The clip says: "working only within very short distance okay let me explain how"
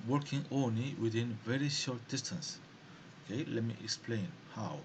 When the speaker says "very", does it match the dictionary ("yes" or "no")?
yes